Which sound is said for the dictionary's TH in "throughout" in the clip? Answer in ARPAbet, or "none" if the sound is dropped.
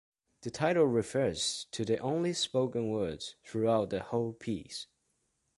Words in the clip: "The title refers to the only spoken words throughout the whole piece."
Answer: TH